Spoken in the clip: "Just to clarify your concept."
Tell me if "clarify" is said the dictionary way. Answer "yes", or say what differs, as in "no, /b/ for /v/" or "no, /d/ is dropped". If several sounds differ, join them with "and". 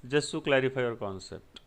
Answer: no, /p/ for /f/